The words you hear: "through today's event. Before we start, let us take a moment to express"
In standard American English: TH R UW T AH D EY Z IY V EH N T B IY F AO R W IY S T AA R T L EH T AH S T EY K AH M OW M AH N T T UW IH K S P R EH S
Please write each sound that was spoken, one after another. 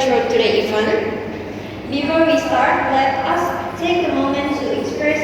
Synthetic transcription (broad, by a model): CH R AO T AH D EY IY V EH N B IY F AO R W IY S T AA R T L EH T AH S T EY K AH M OW M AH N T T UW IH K S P R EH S